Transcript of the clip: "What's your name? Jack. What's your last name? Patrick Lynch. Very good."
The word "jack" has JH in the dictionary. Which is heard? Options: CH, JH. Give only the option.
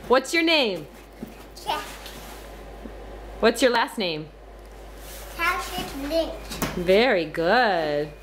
CH